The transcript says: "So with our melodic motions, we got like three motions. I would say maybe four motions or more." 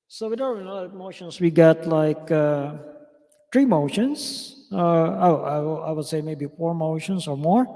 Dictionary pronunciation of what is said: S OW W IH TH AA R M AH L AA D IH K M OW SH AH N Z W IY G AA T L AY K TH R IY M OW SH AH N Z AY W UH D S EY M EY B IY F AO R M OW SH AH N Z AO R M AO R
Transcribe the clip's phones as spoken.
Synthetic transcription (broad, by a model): S OW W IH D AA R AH N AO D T M OW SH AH N S W IY G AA T L AY K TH R IY M OW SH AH N S AY W UH D S EY M EY B IY F AO R M OW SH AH N S AO R M AO R